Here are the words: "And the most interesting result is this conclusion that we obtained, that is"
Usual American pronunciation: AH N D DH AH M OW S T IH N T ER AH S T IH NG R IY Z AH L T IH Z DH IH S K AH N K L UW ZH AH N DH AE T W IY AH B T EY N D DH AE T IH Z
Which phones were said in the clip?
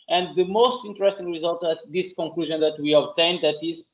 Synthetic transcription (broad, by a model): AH N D DH AH M OW S T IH N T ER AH S T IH NG R IY Z AH L T IH Z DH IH S K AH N K L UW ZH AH N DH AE T W IY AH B T EY N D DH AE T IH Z